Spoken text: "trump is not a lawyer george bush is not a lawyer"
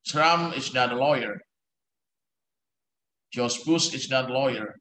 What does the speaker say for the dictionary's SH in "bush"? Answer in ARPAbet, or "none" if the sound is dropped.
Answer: S